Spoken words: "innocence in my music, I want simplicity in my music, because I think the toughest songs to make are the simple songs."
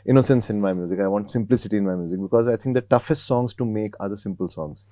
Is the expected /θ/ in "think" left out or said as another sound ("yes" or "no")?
yes